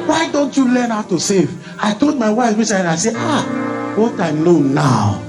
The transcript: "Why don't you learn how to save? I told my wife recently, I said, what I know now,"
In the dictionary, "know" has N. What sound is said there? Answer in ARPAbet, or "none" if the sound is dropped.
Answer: L